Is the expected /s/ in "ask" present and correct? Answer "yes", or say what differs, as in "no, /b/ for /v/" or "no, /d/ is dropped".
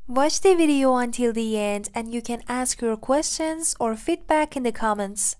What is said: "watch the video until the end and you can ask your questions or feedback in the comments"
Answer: yes